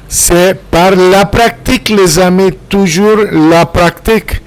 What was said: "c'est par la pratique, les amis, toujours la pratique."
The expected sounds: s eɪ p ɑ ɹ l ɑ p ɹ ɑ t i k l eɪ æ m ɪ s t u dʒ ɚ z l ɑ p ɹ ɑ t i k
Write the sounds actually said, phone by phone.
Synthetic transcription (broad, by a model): s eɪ p ɑ ɹ l ɑ p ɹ ɑ t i k l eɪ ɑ m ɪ t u ʒ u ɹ l ɑ p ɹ ɑ t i k